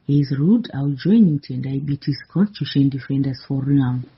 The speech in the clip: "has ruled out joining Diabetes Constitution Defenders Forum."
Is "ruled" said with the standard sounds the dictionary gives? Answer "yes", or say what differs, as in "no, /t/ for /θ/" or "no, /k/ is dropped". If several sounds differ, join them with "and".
no, /l/ is dropped